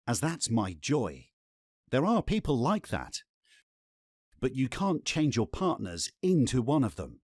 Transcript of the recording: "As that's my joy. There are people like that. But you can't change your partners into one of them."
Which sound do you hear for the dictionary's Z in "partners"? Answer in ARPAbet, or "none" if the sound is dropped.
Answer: Z